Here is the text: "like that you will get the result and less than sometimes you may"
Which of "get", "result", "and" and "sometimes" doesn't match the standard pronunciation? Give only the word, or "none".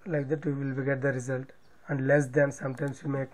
sometimes